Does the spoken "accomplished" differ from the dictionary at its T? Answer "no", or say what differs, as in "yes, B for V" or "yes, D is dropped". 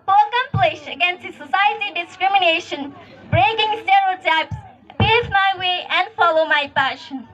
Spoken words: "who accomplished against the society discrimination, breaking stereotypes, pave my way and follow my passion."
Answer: yes, T is dropped